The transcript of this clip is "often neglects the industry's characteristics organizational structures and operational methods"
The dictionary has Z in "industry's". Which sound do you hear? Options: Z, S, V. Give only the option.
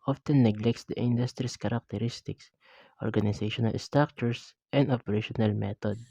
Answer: S